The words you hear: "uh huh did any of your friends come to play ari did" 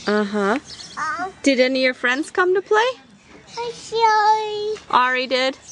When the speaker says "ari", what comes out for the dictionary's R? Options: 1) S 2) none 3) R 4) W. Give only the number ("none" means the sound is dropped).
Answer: 3